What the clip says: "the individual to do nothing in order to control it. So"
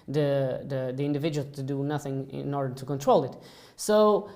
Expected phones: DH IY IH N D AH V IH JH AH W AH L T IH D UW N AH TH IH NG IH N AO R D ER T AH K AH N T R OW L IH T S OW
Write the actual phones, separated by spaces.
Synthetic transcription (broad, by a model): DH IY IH N D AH V IH JH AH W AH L T IH D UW N AH TH IH NG IH N AO R D ER T AH K AH N T R OW L IH T S OW